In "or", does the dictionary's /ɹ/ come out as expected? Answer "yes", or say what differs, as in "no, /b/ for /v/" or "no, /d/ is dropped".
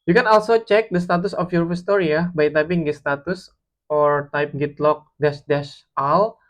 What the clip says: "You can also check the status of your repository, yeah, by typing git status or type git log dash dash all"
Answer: yes